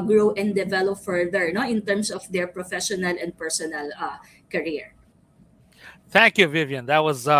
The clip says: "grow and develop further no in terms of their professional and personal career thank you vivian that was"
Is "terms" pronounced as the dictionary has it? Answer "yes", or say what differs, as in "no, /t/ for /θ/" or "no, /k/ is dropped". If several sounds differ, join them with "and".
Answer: no, /s/ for /z/